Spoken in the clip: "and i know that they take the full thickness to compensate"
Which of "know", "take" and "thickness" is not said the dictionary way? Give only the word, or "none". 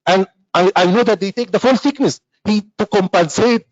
thickness